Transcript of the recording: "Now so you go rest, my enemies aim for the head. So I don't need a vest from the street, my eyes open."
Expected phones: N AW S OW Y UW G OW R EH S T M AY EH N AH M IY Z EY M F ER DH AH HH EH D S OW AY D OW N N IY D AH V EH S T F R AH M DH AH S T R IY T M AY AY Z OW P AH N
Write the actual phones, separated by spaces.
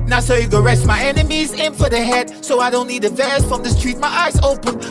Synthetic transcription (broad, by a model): N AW S OW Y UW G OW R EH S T M AY EH N AH M IY Z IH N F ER DH AH HH EH D S OW AY D OW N N IY D AH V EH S F R AH M DH AH S T R IY T M AY AY Z OW P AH N